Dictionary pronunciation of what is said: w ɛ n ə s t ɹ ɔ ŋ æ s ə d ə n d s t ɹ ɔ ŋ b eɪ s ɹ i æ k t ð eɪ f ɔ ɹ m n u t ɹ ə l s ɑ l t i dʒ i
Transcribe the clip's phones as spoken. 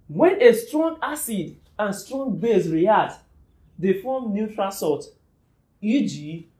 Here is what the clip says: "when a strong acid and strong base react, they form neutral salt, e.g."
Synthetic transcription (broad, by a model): w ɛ n ə s t ɹ ɔ ŋ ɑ s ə d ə n s t ɹ ɔ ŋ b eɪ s ɹ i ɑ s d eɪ f ɔ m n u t ɹ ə s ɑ t i dʒ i